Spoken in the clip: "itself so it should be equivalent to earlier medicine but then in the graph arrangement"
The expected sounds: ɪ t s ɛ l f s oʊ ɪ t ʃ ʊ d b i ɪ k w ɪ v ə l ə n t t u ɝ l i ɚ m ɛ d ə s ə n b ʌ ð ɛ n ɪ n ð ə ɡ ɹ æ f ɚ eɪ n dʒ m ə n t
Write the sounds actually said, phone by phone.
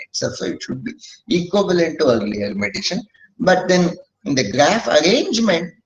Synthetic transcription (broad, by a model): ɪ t s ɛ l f s oʊ ɪ t ʃ ʊ d b i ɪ k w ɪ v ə l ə n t t u ɝ l i ɚ m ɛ d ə ʃ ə n b ʌ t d ɪ n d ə ɡ ɹ æ f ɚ eɪ n dʒ m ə n t